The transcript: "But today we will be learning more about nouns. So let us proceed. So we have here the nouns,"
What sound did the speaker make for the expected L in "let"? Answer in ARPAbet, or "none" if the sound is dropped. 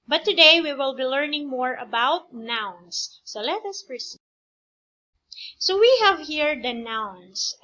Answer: L